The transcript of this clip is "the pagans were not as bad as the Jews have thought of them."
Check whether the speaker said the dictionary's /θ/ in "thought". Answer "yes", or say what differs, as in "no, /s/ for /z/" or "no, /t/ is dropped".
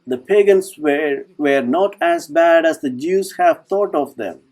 no, /t/ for /θ/